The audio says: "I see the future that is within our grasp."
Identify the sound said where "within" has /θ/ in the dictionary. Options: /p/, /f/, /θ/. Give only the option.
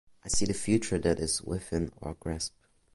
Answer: /f/